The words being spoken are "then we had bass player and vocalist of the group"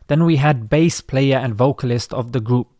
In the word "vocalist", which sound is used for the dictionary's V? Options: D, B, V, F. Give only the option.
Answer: V